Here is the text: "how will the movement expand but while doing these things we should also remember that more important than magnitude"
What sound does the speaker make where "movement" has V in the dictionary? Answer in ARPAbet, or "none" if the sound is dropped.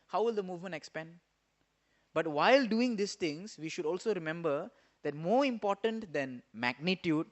V